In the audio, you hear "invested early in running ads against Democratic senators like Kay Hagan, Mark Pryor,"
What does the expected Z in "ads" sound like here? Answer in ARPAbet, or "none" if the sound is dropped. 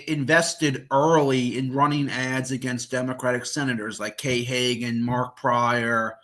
Z